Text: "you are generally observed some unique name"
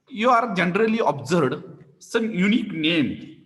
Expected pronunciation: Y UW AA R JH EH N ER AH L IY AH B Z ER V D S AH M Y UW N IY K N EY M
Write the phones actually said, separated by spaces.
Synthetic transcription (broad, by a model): Y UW AA R JH EH N ER AH L IY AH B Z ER D S AH M Y UW N IY K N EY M